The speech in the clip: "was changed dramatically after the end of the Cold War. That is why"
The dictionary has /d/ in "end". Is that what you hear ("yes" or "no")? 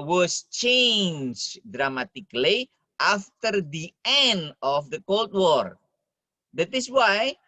yes